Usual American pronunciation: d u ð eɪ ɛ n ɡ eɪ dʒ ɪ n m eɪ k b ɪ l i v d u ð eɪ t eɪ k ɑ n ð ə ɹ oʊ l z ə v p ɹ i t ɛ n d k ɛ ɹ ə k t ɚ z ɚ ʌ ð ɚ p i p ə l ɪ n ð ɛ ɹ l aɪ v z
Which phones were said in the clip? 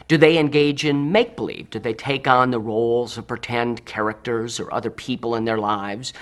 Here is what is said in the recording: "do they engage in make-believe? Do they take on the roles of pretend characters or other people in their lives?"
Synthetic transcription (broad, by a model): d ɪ ð eɪ ɛ n ɡ eɪ dʒ ɪ n m eɪ k b ɪ l i v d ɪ ð eɪ t eɪ k n ð ə ɹ oʊ l z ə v p ɹ i t ɛ n d k ɛ ɹ ə k t ɚ z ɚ ʌ ð ɚ p i p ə l ɪ n ð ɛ ɹ l aɪ v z